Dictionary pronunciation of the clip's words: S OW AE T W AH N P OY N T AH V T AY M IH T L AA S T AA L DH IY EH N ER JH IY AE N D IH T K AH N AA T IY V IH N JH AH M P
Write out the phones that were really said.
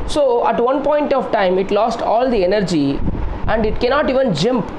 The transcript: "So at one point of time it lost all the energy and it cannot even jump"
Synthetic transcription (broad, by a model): S OW AE T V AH N P OY N T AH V T AY M IH T L AA S T AA L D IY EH N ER JH IY AE N D IH T K AH N AA T IY V IH N JH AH M P